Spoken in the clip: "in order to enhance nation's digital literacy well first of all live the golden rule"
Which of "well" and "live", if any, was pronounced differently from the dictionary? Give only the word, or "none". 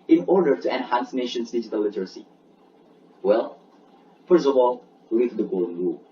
live